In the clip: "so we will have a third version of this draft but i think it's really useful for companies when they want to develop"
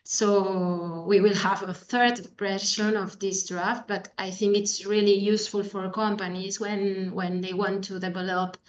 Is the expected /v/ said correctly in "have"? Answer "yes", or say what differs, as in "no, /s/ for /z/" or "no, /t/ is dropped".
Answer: yes